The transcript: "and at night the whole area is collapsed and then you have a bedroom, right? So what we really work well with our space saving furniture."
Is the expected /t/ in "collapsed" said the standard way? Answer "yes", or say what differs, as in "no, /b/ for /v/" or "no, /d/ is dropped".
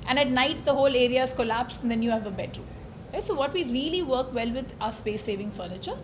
no, /t/ is dropped